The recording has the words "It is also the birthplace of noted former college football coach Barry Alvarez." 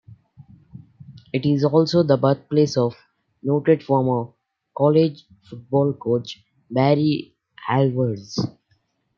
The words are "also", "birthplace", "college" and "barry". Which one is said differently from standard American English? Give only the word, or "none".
birthplace